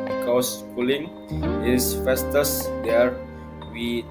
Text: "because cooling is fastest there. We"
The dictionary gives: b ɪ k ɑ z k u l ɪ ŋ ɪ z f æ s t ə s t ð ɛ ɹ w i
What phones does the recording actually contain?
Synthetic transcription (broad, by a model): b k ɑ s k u l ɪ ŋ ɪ s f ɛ s t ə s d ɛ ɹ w i